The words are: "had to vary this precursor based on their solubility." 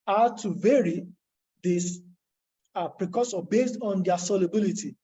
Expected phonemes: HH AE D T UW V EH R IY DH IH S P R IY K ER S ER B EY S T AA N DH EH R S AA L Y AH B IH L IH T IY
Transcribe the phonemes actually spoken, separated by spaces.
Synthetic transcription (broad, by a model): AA T UW V EH R IY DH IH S P R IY K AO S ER B EY S T AA N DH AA S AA L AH B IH L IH T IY